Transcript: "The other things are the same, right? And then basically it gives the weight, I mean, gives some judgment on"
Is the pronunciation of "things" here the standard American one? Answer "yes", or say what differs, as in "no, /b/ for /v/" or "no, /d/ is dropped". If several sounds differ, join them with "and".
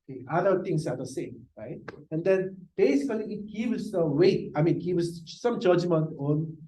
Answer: no, /t/ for /θ/